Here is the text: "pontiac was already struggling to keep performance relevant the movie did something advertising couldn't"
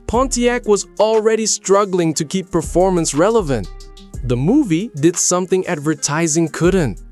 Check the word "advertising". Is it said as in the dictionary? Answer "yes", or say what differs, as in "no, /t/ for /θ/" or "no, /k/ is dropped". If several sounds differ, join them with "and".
yes